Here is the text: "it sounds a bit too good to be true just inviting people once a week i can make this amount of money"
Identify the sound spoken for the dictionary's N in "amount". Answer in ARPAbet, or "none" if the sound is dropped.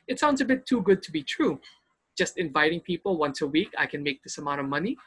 none